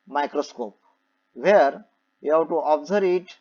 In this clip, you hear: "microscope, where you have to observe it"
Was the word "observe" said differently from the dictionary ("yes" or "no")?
yes